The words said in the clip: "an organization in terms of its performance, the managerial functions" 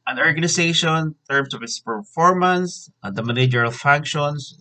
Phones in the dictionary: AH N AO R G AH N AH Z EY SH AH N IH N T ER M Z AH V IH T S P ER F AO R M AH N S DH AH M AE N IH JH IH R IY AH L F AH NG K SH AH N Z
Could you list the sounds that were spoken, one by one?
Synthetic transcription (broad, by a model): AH N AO R G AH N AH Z EY AH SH IH N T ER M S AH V IH T S P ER F AO R M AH N S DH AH M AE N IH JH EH R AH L F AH NG K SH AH N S